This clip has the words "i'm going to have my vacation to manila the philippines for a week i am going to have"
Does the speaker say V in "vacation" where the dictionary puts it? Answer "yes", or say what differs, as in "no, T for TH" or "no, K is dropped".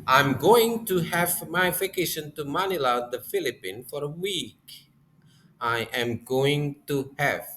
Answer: no, F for V